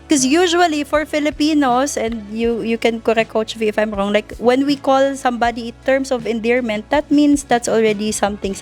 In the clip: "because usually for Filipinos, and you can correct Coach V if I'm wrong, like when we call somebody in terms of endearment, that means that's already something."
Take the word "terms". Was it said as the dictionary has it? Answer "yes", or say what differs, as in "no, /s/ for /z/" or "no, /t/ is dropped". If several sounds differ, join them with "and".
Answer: no, /s/ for /z/